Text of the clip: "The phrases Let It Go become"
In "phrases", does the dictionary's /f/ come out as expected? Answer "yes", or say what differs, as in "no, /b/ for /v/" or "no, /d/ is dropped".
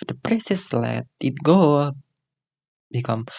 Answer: no, /p/ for /f/